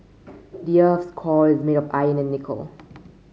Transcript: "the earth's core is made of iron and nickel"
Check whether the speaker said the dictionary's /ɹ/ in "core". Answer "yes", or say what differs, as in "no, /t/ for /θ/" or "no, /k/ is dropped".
no, /l/ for /ɹ/